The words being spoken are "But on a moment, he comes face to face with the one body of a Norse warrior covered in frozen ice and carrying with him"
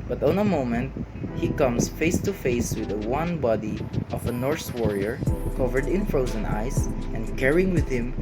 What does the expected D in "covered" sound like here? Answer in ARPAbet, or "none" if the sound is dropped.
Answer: D